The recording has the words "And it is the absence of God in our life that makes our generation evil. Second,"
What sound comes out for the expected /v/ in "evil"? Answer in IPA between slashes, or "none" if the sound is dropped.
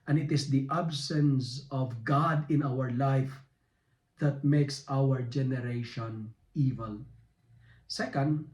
/v/